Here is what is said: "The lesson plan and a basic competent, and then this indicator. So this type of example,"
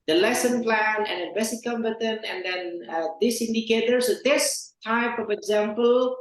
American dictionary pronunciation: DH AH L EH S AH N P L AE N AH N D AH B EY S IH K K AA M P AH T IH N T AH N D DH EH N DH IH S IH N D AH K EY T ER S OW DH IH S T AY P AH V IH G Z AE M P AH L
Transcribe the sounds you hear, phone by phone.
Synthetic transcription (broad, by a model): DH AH L EH S AH N P L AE N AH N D AH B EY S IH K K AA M B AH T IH N AH N D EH N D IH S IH N D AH K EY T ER S OW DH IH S T AY P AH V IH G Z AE M P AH L